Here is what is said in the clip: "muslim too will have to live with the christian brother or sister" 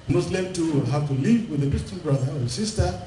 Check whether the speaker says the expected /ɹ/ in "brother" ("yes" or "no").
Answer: yes